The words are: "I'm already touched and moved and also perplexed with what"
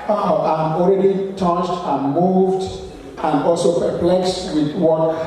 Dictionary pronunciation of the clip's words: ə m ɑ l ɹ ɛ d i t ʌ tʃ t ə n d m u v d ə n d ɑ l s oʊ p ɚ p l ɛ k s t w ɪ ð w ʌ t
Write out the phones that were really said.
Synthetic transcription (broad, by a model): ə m ɑ l ɹ ɛ d i t ʌ tʃ t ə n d m u v d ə n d ɑ l s oʊ p ɚ p l ɛ k s t w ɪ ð w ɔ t